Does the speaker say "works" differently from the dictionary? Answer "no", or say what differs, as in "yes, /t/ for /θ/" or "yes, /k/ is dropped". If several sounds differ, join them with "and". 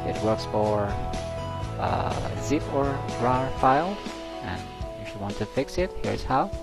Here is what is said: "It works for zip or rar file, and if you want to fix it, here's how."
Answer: no